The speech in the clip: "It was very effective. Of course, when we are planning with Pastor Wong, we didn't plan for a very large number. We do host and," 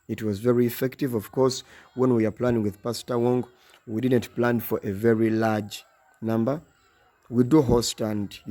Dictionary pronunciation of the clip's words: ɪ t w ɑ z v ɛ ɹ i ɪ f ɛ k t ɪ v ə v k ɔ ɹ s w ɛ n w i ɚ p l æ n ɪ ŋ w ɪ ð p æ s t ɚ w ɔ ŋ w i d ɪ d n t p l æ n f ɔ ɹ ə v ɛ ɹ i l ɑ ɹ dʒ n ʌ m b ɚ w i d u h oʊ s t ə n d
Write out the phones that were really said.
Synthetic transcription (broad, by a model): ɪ t w ɑ z v ɛ ɹ i ɪ f ɛ k t ɪ v ə v k ɔ ɹ s w ɛ n w i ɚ p l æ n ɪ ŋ w ɪ ð p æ s t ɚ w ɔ ŋ w i d ɪ d n t p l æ n f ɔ ɹ ə v ɛ ɹ i l ɑ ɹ dʒ n ʌ m b ɚ w i d u h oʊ s t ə n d